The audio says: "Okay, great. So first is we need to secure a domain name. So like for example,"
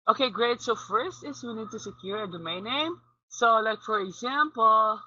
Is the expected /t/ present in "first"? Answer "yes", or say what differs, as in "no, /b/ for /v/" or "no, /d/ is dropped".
yes